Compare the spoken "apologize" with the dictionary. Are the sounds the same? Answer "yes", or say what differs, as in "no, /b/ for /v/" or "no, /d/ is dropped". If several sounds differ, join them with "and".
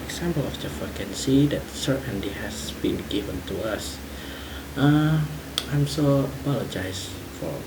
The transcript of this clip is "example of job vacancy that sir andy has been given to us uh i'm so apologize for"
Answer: no, /s/ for /z/